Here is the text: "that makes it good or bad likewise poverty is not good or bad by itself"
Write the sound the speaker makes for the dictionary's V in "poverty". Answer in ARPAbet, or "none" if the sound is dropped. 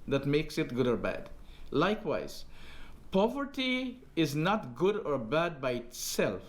V